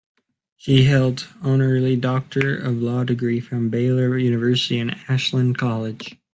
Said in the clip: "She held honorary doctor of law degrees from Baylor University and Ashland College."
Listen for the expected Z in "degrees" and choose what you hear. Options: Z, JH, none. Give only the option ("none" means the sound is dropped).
none